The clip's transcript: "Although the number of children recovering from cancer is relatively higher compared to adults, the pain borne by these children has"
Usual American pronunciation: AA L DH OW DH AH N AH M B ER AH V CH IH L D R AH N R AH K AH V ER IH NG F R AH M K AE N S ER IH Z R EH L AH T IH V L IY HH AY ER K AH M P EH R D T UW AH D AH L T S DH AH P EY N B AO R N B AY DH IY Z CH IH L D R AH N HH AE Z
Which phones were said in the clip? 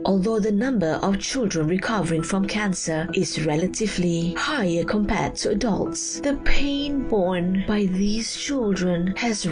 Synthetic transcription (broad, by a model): AA L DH OW DH AH N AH M B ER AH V CH IH L D R AH N R AH K AH V ER IH NG F R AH M K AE N S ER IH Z R EH L AH T IH V L IY HH AY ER K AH M P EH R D T UW AH D AH L T S DH AH P EY N B AO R N B AY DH IY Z CH IH L D R AH N HH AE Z